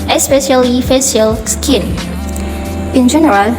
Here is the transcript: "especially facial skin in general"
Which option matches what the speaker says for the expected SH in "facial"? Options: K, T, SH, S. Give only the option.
S